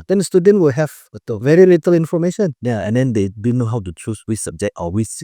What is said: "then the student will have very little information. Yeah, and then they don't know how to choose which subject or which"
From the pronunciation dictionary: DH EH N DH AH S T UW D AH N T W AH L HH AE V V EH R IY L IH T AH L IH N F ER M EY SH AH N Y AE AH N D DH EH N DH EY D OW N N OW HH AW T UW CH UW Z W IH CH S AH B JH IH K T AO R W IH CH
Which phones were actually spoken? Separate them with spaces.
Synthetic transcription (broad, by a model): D EH N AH S T UW D AH N T W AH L HH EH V V EH R IY L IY T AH L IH N F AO M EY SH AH N Y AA AH N D EH N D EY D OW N N OW HH AW T UW CH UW S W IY S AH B JH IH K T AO L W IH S